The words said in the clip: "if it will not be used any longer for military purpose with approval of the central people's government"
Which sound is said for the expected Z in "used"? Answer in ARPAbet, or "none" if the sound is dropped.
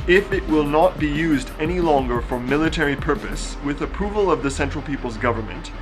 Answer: Z